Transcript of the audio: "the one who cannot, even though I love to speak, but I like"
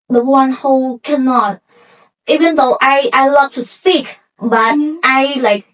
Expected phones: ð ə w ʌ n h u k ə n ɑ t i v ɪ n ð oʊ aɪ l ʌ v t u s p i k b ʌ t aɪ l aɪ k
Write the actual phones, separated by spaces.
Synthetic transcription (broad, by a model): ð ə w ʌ n h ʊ k ə n ɑ t i v ɪ n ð oʊ aɪ l ʌ v t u s p i k b ʌ t aɪ l aɪ k